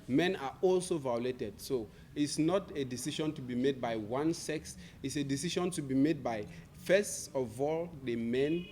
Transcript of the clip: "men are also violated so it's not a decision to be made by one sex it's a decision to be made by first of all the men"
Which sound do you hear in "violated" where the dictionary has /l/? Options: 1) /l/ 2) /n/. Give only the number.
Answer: 1